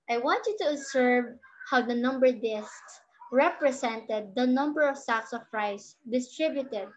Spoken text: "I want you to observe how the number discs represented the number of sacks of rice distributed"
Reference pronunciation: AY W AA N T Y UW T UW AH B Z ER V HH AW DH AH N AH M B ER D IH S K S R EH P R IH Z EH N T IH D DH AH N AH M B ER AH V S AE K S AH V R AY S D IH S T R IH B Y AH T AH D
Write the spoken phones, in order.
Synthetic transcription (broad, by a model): AY W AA N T Y UW T UW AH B S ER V HH AW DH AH N AH M B ER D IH S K S R EH P R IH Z EH N T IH D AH N AH M B ER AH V S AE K S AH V R AY S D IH S T R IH B Y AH T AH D